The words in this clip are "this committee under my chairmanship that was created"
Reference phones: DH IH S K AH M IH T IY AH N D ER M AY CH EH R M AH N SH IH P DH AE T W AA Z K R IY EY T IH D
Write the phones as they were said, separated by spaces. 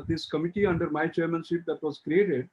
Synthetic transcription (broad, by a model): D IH S K AH M IH T IY AH N D ER M AY CH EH R M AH N S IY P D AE T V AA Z K R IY EY T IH D